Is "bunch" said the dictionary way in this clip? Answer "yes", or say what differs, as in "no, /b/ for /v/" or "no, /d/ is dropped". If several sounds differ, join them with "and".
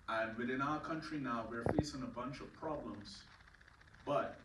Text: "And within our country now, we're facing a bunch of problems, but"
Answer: yes